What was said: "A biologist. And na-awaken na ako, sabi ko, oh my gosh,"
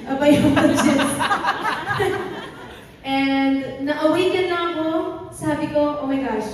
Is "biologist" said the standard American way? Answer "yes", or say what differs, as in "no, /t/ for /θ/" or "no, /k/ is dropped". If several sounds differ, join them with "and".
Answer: no, /l/ is dropped and /s/ is dropped